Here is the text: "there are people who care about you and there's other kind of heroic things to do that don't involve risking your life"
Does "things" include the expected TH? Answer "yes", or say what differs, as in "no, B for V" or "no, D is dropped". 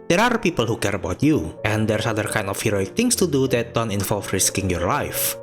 no, T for TH